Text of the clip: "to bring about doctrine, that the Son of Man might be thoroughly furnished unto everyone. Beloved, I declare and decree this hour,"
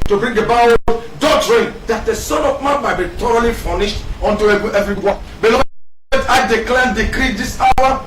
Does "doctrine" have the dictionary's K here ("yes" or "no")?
no